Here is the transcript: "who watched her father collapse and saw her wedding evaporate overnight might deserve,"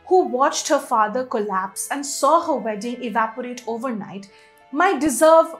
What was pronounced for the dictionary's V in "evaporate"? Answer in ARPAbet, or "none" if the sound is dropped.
V